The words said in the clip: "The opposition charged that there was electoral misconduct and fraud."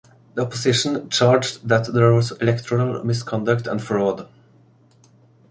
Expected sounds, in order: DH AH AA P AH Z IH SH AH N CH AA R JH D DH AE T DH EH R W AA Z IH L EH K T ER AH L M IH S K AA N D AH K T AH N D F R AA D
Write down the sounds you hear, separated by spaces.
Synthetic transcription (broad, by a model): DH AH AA P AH S IH SH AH N CH AA R JH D DH AE T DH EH R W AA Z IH L EH K T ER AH L M IH S K AA N D AH K T AH N D F R AA D